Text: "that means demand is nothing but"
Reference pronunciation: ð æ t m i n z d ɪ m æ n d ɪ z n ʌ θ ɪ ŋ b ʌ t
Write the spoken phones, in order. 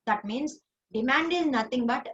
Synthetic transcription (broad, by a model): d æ t m i n s d ɪ m æ n d ɪ z n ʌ t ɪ ŋ b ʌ t